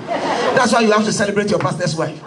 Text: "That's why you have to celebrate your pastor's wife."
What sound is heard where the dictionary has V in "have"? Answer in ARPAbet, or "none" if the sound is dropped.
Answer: F